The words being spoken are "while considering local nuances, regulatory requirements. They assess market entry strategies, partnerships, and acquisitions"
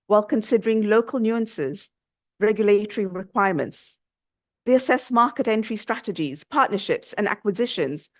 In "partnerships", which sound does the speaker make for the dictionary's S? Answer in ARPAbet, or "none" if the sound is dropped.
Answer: S